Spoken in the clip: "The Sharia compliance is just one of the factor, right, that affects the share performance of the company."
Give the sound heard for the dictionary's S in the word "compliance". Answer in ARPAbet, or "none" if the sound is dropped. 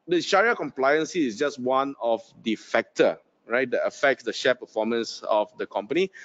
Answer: S